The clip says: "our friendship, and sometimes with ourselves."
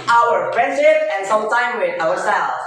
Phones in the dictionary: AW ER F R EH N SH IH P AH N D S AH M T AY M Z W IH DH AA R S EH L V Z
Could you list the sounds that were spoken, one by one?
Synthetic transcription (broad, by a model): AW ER P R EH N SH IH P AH N S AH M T AY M W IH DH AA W S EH L